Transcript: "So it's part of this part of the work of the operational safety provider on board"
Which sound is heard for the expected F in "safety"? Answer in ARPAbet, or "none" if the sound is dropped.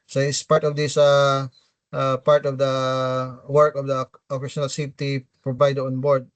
none